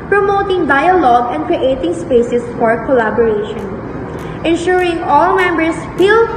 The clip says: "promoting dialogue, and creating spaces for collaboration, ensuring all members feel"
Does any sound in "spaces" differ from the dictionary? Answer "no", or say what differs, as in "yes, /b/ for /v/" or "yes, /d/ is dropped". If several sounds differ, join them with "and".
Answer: yes, /s/ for /z/